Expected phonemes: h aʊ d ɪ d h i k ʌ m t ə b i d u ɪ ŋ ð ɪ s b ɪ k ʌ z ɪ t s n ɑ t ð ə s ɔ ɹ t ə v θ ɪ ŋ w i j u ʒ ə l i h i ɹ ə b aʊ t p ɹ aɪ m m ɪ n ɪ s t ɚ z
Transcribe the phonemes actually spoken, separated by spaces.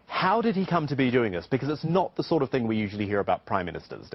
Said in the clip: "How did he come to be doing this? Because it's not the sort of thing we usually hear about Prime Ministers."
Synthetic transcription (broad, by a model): h aʊ d ɪ d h i k ʌ m t ə b i d u ɪ ŋ ð ɪ s b ɪ k ʌ z ɪ t s n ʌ t ð ə s ɔ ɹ t ə v θ ɪ ŋ w i j u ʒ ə l i h i ɹ ə b aʊ t p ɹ aɪ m m ɪ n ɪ s t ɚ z